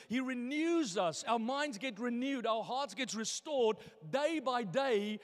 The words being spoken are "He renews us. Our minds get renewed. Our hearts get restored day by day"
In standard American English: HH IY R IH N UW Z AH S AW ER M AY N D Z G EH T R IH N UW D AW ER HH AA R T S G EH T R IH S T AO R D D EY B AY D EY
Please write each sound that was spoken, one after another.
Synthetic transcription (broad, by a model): HH IY R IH N UW Z AH S AW ER M AY N D Z G EH T R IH N UW D AW ER HH AA R T S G EH T R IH S T AO R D D EY B AY D EY